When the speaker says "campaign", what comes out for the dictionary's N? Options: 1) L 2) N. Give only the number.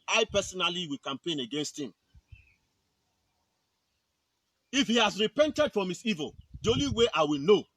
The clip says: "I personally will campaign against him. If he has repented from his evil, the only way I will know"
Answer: 2